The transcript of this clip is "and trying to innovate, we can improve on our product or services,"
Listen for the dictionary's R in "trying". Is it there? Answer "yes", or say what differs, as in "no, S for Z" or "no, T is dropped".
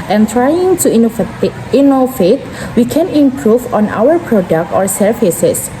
yes